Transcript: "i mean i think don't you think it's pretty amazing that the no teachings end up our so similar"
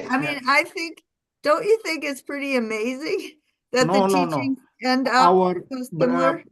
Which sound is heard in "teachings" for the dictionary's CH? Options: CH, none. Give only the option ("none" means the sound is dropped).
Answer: none